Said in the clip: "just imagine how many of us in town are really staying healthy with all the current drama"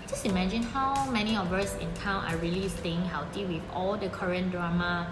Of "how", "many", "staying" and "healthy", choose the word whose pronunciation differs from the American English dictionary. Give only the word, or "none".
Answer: healthy